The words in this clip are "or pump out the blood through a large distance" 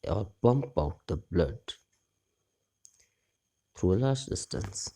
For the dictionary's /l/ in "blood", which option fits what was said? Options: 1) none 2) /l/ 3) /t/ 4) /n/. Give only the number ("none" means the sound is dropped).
2